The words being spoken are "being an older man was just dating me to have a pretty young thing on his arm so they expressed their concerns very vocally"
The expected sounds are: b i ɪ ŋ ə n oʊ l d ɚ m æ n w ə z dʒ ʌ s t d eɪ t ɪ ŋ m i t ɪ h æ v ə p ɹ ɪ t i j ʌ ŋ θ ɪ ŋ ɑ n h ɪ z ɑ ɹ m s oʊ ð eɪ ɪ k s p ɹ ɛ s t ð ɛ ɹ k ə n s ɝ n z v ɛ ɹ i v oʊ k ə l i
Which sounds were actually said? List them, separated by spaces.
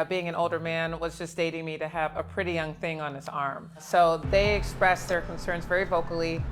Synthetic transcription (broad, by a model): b i ɪ ŋ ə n oʊ l d ɚ m æ n w ə z dʒ ʌ s d eɪ t ɪ ŋ m i t ɪ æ v ə p ɹ ɪ t i j ʌ ŋ θ ɪ ŋ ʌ n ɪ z ɑ ɹ m s oʊ ð eɪ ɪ k s p ɹ ɛ s ð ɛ ɹ k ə n s ɝ n z v ɛ ɹ i v oʊ k l i